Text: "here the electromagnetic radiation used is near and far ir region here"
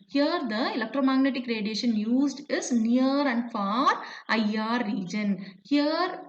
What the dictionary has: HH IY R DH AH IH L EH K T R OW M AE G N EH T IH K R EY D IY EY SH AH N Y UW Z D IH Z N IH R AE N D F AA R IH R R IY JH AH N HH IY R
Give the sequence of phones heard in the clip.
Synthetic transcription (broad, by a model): HH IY R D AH IH L EH K T R OW M AE G N EH T IH K R EY D IY EY SH AH N Y UW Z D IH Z N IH R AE N D F AA R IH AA R IY JH AH N HH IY R